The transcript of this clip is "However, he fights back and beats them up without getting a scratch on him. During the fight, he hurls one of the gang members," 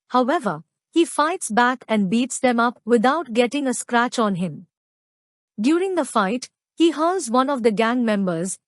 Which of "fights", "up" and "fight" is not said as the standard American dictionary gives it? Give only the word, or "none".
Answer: none